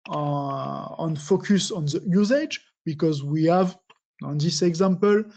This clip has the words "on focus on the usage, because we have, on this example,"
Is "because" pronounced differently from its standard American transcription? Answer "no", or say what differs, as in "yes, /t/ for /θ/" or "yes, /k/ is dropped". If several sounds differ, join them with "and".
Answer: no